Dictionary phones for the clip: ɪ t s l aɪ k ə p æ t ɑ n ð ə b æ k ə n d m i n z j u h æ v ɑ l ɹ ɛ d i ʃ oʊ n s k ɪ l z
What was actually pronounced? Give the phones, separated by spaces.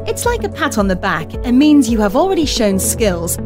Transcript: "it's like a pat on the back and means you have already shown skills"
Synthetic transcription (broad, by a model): ɪ t s l aɪ k ə p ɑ t n ð ə b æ k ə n m i n z j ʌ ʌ v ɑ l ɹ ɛ d i ʃ oʊ n s k ɪ l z